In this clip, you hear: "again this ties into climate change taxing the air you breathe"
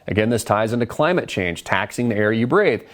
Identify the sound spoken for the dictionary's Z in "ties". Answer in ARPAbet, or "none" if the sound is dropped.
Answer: Z